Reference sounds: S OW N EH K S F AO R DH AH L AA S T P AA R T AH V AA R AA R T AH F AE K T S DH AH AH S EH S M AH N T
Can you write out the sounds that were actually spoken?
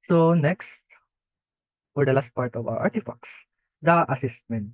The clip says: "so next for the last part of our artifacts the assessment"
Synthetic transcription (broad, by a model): S OW N EH K S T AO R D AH L AA S T P AA R T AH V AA W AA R T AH F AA K S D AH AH S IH S M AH N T